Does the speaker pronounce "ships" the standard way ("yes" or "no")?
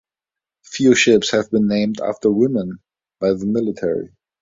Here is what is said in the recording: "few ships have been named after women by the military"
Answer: yes